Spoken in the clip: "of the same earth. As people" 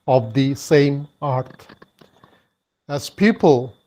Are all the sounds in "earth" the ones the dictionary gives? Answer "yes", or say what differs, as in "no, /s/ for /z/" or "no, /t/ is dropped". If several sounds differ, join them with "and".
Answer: no, /t/ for /θ/